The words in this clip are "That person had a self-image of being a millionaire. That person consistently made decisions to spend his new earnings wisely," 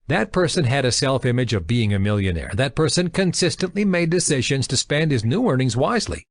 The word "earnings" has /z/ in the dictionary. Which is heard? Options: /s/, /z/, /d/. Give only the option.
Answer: /z/